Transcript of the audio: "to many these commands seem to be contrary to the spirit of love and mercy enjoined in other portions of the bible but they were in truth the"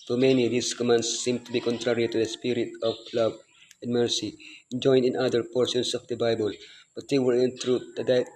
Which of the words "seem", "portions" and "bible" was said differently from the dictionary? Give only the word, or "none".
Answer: portions